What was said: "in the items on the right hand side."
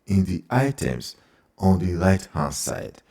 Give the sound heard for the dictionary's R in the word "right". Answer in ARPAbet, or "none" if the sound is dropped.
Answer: L